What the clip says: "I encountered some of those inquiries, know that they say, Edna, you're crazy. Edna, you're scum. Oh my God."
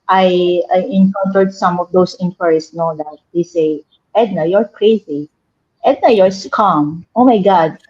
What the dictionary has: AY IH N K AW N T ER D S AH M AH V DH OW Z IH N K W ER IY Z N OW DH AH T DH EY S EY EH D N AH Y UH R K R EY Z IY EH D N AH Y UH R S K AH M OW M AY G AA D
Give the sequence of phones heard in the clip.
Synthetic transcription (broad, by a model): AY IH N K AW N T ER D S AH M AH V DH OW S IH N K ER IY S N OW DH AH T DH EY S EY EH D N AH Y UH R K R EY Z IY EH D N AH Y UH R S K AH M OW M AY G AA D